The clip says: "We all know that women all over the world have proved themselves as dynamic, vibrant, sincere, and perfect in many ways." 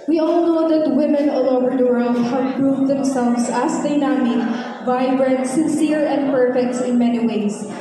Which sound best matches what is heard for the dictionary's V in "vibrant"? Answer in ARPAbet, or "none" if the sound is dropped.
V